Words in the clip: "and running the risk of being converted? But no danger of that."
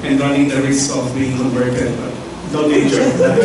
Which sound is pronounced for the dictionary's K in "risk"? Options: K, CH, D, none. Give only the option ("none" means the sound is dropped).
none